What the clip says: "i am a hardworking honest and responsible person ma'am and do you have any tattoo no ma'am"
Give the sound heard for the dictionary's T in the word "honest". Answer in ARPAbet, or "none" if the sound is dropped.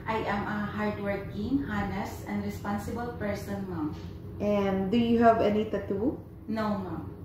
none